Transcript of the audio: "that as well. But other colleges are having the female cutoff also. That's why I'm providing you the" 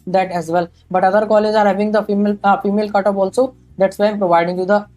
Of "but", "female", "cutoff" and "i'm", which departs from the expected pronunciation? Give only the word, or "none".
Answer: cutoff